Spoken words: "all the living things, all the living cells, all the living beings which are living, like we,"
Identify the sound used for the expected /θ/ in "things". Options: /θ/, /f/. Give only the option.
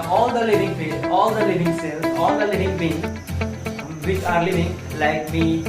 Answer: /f/